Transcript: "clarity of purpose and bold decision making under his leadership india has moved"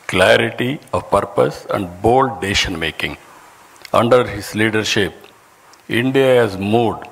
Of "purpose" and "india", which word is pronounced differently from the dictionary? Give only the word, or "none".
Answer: none